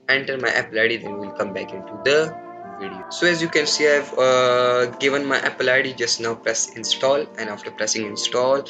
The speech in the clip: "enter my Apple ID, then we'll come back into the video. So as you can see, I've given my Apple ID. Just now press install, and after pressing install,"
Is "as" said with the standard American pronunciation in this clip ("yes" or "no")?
yes